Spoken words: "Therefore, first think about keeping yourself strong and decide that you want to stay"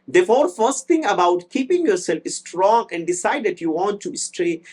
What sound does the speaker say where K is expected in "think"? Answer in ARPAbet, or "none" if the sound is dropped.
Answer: none